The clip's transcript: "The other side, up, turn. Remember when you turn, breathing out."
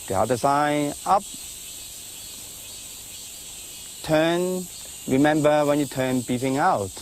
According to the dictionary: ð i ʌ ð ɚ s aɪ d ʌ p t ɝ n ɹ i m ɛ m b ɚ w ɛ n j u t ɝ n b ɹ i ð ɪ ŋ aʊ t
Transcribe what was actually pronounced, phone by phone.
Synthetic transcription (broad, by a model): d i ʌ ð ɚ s aɪ ʌ p t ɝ n ɹ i m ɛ m b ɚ w ɛ n j u t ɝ n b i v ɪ ŋ aʊ t